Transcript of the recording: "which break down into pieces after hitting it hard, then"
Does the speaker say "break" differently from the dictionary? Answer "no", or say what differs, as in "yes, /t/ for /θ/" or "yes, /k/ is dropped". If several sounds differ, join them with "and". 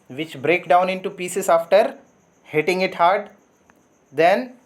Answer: no